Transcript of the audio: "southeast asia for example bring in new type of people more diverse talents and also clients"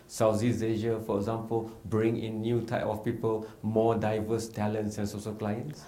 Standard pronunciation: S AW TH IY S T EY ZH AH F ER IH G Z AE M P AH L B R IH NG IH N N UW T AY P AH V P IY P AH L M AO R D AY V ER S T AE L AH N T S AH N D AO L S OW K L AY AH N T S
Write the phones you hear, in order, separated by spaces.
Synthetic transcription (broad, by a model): S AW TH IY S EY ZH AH F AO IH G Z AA M P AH L B R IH NG IH N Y UW T AY P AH F P IY P AH L M AO D AY V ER S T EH L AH N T S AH N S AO S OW K L AY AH N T S